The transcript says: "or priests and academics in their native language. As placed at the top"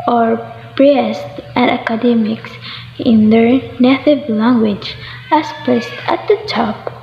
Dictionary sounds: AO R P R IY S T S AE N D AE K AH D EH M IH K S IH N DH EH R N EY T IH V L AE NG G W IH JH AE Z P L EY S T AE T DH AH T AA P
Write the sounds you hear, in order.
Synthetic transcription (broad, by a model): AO R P R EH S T AE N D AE K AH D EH M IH K S IH N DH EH R N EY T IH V L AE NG G W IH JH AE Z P EY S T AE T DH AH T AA P